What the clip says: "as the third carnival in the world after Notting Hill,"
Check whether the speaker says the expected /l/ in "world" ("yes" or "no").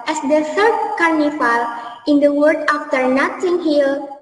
no